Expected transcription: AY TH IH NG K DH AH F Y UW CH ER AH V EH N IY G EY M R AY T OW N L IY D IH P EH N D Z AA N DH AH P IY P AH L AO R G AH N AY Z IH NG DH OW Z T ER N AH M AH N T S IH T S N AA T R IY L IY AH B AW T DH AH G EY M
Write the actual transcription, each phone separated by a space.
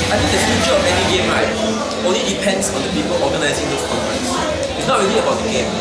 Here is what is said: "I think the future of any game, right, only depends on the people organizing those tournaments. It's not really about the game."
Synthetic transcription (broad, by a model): AY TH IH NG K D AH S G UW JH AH B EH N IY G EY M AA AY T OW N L IY D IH P EH N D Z AA N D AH P IY P AH L AO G AH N AY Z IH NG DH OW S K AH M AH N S IH T S N AA T R IY L IY AH B AW T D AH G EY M